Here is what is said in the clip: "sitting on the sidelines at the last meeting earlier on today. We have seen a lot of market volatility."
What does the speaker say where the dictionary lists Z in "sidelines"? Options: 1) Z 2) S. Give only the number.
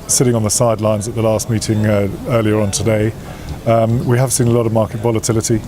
1